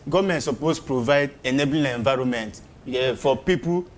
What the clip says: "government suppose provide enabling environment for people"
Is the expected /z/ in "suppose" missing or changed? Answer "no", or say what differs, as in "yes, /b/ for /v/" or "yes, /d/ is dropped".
yes, /s/ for /z/